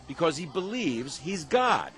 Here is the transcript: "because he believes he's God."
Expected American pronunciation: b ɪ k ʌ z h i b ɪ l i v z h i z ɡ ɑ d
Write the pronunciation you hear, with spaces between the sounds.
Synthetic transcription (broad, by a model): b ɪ k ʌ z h i b ɪ l i v z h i z ɡ ɑ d